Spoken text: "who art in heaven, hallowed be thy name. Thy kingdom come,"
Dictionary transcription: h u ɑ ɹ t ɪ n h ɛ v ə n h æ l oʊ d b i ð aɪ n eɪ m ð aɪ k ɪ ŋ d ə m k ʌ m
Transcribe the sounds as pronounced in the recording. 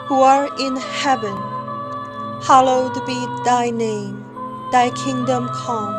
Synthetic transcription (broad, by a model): h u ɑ ɹ ɪ n h ɛ v ə n h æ l oʊ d b i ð aɪ n eɪ m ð aɪ k ɪ ŋ d ə m k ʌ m